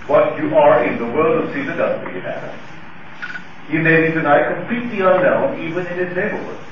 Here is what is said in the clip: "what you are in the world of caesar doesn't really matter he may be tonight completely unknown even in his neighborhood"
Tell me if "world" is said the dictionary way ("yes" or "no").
yes